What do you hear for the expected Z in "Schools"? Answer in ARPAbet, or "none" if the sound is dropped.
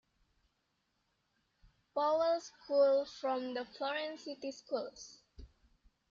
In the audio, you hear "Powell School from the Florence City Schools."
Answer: S